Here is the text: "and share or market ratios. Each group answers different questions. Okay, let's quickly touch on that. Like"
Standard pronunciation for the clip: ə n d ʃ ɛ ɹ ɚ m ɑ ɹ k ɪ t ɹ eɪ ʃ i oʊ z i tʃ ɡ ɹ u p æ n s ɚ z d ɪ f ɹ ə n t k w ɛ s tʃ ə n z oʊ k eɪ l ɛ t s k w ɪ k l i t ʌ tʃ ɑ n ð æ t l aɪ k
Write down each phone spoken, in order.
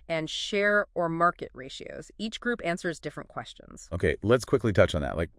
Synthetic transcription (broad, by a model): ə n ʃ ɛ ɹ ɚ m ɑ ɹ k ɪ t ɹ eɪ ʃ i oʊ z i tʃ ɡ ɹ u p æ n s ɚ z d ɪ f ɹ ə n k w ɛ s tʃ ə n z oʊ k eɪ l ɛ t s k w ɪ k l i t ʌ tʃ n ð æ t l aɪ k